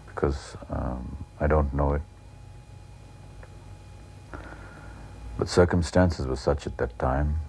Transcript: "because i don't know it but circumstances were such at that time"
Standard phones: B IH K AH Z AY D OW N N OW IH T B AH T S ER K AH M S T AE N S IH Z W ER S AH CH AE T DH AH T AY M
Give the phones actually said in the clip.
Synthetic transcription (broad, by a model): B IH K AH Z AY D OW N N OW IH T B AH T S ER K AH M S T AE N S IH Z W ER S AH CH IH T DH AH T AY M